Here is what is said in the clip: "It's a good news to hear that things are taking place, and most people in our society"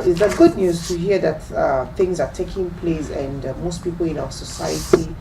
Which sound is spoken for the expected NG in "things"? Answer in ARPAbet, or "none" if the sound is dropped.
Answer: NG